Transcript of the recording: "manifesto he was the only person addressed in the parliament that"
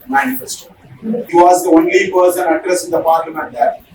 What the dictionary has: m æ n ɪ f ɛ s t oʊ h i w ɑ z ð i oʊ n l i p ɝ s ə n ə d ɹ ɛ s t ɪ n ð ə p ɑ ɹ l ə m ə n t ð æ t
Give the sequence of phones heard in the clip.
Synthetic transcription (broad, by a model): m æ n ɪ f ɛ s t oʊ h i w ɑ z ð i oʊ n l i p ɝ s ə n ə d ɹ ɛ s ɪ n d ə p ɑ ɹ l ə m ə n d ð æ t